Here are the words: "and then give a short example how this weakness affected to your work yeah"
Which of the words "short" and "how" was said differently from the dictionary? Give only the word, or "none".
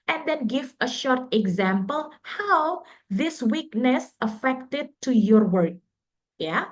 none